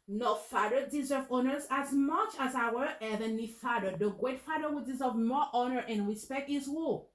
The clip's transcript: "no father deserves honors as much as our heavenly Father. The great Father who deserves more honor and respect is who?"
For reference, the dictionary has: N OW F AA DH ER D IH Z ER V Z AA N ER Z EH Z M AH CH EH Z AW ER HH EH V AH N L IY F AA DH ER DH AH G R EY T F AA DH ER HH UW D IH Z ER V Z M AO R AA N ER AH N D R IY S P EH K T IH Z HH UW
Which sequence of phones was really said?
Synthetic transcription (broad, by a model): N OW F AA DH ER D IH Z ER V AA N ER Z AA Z M AH CH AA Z AW ER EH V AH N IY F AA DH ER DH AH G R EY T F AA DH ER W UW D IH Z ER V M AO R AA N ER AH N R IY S P EH K T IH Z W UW